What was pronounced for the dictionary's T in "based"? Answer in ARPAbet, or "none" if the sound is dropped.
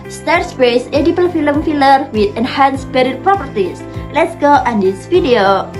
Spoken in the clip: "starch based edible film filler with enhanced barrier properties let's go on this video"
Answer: none